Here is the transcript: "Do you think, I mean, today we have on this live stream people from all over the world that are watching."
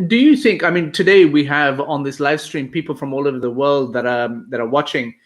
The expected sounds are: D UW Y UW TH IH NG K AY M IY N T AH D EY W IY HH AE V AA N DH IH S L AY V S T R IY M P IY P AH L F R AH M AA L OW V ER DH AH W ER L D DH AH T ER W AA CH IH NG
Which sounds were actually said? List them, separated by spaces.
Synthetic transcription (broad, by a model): D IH Y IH TH IH NG K AY M IY N T AH D EY W IY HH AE V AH N DH IH S L AY V S T R IY M P IY P L F R AH M AA L OW V ER DH AH W ER L D DH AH T ER W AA CH IH NG